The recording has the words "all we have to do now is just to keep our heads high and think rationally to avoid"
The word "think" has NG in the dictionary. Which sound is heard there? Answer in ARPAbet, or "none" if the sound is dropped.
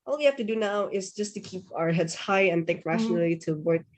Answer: none